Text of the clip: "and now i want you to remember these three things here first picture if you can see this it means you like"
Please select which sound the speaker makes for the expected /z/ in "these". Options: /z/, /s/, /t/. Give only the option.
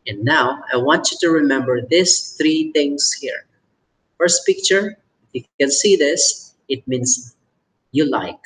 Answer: /s/